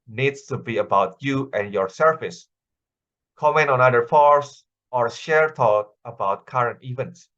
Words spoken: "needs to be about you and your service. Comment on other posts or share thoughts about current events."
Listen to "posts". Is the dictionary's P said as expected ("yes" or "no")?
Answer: no